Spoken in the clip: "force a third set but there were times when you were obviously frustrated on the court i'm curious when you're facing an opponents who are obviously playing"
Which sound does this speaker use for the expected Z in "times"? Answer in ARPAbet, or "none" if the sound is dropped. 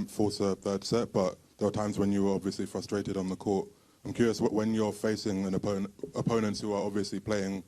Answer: Z